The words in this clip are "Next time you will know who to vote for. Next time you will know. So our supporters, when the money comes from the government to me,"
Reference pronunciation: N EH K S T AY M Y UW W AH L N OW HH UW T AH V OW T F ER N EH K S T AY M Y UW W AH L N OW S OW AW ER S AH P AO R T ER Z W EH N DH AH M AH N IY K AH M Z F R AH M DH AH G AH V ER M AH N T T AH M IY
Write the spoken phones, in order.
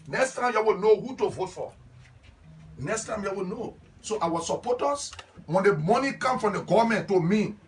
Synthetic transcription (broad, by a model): N EH K S T AY M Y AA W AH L N OW HH UW T AH V OW T F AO N EH K S T AY M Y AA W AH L N OW S OW AW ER S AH P AO T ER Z W EH N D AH M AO N IY K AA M F R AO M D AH G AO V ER M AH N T T AH M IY